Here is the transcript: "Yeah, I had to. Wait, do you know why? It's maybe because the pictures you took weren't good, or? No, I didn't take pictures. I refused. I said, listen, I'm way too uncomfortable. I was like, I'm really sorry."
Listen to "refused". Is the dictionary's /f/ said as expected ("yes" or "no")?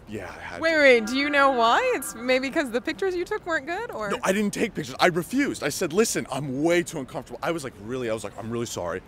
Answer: yes